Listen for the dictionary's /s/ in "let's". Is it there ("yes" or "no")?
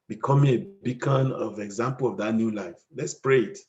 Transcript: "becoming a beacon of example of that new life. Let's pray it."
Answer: yes